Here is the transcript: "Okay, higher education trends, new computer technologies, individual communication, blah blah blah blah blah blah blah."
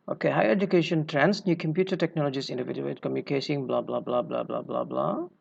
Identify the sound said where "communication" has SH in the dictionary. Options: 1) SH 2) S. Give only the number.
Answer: 2